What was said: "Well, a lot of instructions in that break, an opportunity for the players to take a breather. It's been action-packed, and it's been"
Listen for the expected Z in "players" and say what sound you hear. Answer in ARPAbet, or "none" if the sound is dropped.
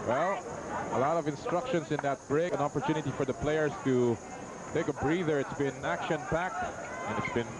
S